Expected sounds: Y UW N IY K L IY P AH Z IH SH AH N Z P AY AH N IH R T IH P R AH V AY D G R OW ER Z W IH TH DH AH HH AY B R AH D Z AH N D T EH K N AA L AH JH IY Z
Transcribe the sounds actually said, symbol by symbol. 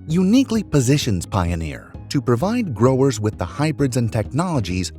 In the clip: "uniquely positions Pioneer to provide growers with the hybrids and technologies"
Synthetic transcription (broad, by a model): Y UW N IY K L IY P AH Z IH SH AH N Z P AY AH N IH R T IH P R AH V AY D G R OW ER Z W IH DH AH HH AY B R AH D Z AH N T EH K N AA L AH JH IY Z